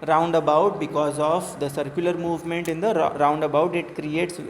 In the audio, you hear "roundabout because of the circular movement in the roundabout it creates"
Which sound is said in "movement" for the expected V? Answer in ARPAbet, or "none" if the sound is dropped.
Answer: V